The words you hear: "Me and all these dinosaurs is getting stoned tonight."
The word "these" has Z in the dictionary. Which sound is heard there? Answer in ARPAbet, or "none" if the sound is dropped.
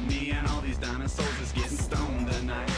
Z